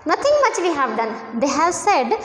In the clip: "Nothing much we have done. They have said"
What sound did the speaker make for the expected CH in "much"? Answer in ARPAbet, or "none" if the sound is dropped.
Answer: CH